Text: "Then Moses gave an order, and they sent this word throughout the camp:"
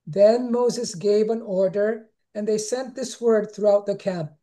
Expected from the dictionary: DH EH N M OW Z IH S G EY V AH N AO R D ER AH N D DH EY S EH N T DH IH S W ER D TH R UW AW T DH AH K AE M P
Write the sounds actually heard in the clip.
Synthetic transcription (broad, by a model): DH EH N M OW Z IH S G EY V AH N AO R D ER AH N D DH EY S EH N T DH IH S W ER D TH R UW AW T DH AH K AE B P